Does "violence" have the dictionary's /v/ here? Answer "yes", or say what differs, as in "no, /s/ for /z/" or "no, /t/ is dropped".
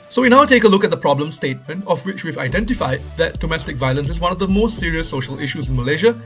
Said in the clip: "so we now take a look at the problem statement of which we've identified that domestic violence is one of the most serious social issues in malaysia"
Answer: yes